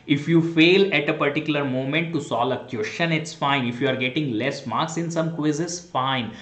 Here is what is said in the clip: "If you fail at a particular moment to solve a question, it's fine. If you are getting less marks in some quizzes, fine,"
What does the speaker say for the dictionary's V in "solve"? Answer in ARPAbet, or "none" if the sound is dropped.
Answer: none